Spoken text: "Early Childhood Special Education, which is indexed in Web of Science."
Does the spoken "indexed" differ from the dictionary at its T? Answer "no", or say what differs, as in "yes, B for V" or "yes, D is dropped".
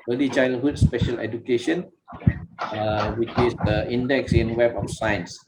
yes, T is dropped